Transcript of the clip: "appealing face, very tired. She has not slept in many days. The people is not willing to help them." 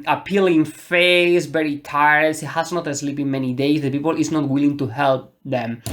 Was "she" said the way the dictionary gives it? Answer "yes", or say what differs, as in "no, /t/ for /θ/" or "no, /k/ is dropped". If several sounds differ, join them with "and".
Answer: no, /s/ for /ʃ/